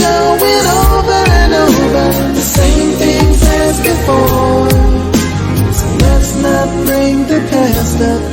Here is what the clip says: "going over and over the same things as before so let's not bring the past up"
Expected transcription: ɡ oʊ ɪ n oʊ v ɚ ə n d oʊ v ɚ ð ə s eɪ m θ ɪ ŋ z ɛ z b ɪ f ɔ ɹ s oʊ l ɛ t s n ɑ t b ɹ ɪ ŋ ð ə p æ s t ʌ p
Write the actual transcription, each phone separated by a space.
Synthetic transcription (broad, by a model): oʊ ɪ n oʊ v ɚ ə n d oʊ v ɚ ð ə s eɪ m θ ɪ ŋ z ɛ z b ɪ f ɔ s oʊ l ɛ t s n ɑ t b ɹ ɪ ŋ ð ə p æ s t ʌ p